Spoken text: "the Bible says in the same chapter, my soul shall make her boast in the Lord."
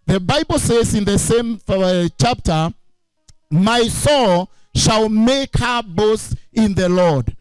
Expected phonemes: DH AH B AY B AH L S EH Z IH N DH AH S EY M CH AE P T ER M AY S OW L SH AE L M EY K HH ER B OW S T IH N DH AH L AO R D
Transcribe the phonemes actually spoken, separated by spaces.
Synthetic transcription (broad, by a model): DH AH B AY B AH L S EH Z IH N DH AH S EY M CH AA P T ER M AY S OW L SH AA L M EY K HH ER B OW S IH N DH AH L AO D